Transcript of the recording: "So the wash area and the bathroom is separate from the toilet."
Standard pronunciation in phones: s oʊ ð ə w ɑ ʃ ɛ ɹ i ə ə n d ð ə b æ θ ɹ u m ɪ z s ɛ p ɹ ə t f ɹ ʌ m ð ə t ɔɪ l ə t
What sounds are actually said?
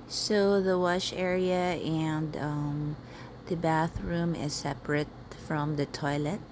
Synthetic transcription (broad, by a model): s oʊ ð ə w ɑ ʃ ɛ ɹ i ə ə n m ð ə b æ θ ɹ u m ɪ z s ɛ p ɹ ə t f ɹ ʌ m ð ə t ɔɪ l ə t